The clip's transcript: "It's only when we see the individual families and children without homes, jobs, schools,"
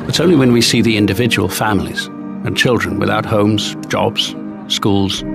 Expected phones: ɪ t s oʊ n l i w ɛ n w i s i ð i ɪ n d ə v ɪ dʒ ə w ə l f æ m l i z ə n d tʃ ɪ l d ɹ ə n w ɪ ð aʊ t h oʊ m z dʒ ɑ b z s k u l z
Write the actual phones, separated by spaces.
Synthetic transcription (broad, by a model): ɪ t s oʊ n l i w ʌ n w i s i ð i ɪ n d ə v ɪ dʒ ə w ə l f æ m l i z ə n tʃ ɪ l d ɹ ə n w ɪ ð aʊ t h oʊ m z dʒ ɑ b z s k u l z